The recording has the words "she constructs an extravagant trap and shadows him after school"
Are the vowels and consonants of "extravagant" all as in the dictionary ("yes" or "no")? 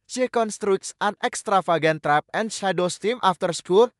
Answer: no